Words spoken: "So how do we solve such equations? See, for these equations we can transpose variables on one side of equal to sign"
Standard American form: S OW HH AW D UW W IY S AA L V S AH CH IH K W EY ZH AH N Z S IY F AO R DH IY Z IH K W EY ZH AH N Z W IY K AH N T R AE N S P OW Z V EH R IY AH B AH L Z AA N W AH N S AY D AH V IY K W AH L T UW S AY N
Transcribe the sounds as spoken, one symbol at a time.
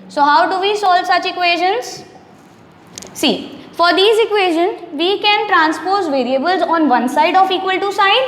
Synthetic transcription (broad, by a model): S OW HH AW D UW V IY S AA L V S AH CH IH K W EY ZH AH N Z S IY F AO R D IY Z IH K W EY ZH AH N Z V IY K AH N T R AE N S P OW Z V EH R IY AH B AH L Z AA N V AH N S AY D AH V IY K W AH L T UW S AY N